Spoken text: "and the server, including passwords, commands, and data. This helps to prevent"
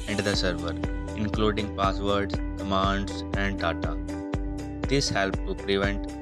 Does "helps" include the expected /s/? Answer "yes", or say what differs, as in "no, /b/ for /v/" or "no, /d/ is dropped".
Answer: no, /s/ is dropped